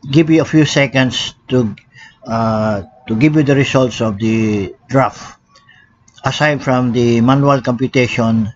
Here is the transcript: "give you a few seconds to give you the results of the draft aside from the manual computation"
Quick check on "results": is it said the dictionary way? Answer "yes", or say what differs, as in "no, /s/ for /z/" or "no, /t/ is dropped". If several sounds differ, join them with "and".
no, /s/ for /z/